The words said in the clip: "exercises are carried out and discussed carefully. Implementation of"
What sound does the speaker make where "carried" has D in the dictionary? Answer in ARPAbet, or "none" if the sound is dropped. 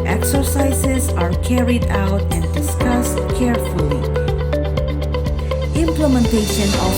D